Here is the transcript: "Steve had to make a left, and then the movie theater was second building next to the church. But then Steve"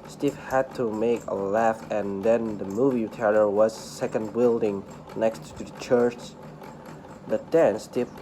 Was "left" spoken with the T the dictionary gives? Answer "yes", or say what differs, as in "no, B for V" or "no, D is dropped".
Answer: no, T is dropped